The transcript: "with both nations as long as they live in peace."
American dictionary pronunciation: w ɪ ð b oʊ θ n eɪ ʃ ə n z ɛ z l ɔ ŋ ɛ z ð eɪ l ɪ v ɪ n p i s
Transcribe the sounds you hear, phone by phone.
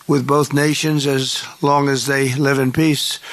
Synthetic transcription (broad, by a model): w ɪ ð b oʊ θ n eɪ ʃ ə n z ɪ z l ɔ ŋ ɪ z ð eɪ l ɪ v ɪ n p i s